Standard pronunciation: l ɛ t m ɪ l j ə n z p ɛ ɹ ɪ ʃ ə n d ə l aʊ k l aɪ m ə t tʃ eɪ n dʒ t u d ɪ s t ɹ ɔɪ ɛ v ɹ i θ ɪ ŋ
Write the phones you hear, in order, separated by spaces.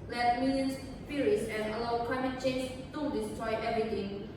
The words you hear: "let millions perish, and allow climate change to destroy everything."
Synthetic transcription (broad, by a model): l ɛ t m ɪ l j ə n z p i ɹ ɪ s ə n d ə l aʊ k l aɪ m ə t tʃ eɪ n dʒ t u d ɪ s t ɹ ɔɪ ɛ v ɹ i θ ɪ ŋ